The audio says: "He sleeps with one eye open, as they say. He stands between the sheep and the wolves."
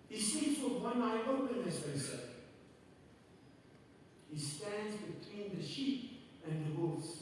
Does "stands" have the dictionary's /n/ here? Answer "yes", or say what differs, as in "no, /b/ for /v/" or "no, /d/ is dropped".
yes